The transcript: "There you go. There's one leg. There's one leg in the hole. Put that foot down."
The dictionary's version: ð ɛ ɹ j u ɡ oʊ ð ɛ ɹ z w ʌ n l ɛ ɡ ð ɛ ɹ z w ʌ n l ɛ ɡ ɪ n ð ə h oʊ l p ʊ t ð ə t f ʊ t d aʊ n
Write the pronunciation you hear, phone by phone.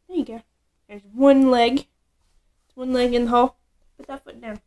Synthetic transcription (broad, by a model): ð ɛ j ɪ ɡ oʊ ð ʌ ɹ z w ʌ n l ɛ ɡ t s w ʌ n l ɛ ɡ ɪ n ð ə h oʊ l b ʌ t ð ə t f ʊ t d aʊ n